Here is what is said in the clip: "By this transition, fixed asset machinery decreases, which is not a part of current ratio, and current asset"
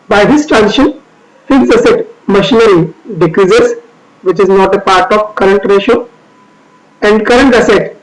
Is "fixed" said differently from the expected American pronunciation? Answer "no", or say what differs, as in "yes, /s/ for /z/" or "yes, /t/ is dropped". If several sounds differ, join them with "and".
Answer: yes, /t/ is dropped